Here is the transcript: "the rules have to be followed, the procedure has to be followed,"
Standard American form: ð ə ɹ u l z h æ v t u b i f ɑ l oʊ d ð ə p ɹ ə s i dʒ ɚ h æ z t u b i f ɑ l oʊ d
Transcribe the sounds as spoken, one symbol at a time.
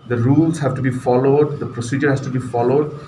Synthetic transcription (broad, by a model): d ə ɹ u l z h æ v t u b i f ɑ l oʊ d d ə p ɹ ə s i dʒ ɚ h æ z t u b i f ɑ l oʊ d